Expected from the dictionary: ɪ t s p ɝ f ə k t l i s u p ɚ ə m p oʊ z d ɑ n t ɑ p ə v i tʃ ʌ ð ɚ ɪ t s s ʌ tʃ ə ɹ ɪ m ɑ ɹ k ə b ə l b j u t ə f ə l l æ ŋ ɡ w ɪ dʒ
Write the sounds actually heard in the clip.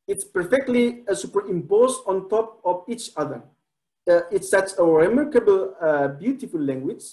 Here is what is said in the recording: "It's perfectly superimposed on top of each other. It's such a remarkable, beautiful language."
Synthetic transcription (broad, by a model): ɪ t s p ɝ f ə k t l i s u p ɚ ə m p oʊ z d ɑ n t ɑ p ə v i tʃ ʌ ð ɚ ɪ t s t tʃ ə ɹ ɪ m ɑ ɹ k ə b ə l b j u t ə f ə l l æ ŋ ɡ w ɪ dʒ